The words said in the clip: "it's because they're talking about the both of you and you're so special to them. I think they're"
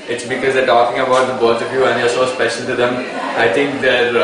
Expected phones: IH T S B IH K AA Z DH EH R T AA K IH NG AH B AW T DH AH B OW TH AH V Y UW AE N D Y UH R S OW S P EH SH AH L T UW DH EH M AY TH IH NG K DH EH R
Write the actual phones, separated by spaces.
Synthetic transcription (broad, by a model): IH T S B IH K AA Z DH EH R T AA K IH NG AH B AW T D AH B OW T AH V Y UW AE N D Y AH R S OW S P EH SH AH L T UW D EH M AY T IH NG K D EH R